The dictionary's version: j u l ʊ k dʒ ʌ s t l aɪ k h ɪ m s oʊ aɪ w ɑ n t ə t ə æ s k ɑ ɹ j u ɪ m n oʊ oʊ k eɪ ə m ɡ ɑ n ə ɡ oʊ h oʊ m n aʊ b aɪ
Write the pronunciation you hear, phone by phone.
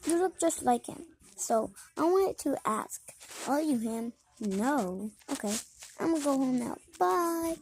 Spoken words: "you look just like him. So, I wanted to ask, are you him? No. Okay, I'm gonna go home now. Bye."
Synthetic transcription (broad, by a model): j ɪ l ʊ k dʒ ʌ s t l aɪ k h ɪ m s oʊ aɪ w ɑ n t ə t æ s k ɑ l j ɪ ɪ m n oʊ oʊ k eɪ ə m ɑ ə ɡ oʊ h oʊ m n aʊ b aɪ